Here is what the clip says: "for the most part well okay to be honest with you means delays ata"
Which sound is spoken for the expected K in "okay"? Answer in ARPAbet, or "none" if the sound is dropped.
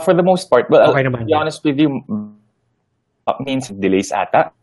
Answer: none